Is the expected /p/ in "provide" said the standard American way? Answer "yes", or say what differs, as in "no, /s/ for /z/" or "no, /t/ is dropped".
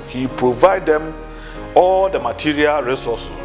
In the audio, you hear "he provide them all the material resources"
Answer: yes